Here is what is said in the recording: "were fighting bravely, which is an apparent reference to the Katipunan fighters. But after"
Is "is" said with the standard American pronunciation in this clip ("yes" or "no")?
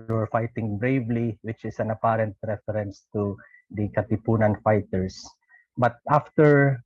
no